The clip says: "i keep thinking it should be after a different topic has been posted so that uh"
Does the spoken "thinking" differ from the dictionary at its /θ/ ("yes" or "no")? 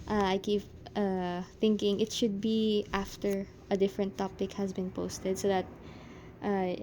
no